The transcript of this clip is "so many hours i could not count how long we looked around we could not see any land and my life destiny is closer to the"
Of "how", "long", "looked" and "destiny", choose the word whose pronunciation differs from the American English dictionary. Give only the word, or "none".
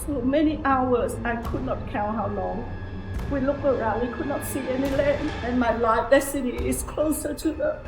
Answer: looked